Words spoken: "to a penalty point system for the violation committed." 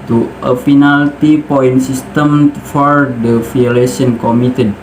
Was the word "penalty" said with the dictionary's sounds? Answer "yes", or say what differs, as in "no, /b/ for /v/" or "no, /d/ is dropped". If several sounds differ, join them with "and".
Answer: no, /f/ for /p/